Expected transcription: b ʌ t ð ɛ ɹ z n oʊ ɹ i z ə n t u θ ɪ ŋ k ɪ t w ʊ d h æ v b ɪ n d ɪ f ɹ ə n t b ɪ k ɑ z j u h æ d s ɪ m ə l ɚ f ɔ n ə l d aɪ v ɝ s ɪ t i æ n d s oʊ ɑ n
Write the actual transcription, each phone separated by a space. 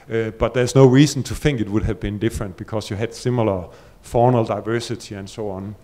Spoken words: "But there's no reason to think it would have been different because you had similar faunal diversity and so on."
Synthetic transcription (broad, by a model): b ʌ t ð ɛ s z n oʊ ɹ i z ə n t u θ ɪ ŋ k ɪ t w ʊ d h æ v b ɪ n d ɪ f ɹ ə n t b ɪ k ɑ s j u h æ d s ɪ m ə l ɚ f ɔ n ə l d aɪ v ɝ s ɪ t i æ n s oʊ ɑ n